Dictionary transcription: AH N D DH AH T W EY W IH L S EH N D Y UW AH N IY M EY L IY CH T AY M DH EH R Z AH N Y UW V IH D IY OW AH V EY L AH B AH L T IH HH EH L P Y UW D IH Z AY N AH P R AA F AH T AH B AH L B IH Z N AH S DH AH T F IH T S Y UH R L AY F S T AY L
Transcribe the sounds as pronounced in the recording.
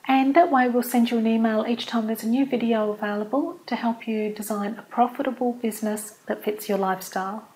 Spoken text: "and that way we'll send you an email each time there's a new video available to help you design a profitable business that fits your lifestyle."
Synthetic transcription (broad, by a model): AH N DH AH T W EY W IH L S EH N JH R AH N IY M EY L IY CH T AY M DH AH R Z AH N Y UW V IH D IY OW AH V EY L AH B AH L T IH HH EH L P Y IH D IH Z AY N AH P R AA F AH T AH B AH L B IH Z N AH S DH AH T F IH T S Y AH R L AY F S T AY L